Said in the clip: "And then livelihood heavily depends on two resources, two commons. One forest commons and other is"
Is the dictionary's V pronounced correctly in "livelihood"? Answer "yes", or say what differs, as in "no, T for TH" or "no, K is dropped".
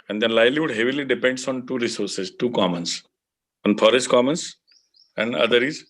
no, V is dropped